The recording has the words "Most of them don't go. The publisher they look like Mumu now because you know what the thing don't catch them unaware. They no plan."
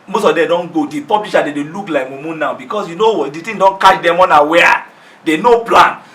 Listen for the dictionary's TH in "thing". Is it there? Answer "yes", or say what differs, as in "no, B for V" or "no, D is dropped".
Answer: no, T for TH